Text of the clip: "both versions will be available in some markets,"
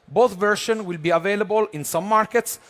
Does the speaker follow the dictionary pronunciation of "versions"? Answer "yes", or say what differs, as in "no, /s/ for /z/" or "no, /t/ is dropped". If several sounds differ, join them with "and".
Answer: no, /ʃ/ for /ʒ/ and /z/ is dropped